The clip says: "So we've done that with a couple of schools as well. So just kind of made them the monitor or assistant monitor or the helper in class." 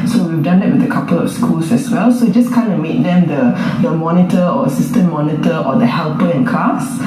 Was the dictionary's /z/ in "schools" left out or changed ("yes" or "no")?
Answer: yes